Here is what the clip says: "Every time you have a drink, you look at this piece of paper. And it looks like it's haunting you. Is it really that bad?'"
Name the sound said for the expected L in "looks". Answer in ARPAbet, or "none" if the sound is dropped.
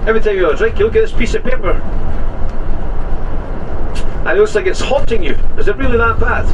N